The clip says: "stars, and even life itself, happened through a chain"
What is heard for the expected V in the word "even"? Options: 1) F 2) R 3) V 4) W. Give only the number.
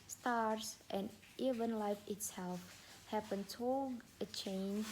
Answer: 3